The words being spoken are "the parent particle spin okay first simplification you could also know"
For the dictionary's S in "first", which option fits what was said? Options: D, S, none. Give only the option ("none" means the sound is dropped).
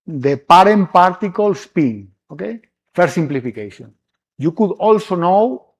none